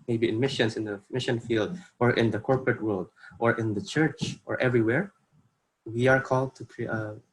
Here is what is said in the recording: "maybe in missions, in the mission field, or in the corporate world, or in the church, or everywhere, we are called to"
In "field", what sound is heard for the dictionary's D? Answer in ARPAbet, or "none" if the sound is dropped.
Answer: D